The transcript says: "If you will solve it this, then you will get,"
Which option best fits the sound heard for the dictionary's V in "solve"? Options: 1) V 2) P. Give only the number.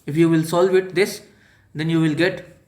1